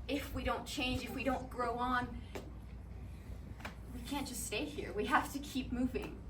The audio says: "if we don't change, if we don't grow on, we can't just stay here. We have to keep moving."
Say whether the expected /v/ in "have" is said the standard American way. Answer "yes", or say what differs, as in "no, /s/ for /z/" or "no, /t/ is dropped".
no, /f/ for /v/